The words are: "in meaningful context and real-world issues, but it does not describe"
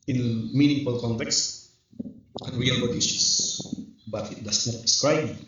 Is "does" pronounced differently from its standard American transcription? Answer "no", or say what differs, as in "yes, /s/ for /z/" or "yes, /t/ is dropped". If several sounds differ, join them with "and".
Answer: yes, /s/ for /z/